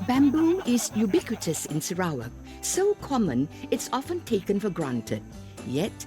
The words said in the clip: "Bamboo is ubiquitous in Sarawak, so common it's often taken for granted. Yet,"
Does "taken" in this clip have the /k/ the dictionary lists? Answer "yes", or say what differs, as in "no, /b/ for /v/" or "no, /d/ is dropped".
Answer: yes